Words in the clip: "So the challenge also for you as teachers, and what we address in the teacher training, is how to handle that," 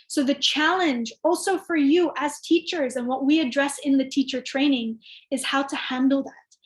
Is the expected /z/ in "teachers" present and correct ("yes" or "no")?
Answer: yes